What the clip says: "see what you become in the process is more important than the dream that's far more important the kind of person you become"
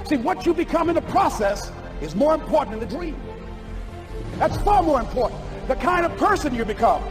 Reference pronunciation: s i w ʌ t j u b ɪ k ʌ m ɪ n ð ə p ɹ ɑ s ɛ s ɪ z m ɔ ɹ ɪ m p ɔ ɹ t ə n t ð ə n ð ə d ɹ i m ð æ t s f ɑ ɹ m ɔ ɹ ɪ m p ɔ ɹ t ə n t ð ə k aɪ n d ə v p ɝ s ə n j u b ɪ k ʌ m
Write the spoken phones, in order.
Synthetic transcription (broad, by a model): s i w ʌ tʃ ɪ b ɪ k ʌ m ɪ n ð ə p ɹ ɑ s ɛ s ɪ z m ɔ ɹ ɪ m p ɔ ɹ t n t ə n ð ə d ɹ i m ð æ t s f ɑ ɹ m ɔ ɹ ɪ m p ɔ ɹ t n ð ə k aɪ n d ə v p ɝ s ə n j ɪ b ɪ k ʌ m